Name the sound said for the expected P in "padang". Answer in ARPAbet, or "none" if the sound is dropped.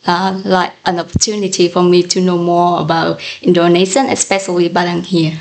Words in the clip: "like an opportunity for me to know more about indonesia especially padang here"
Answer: B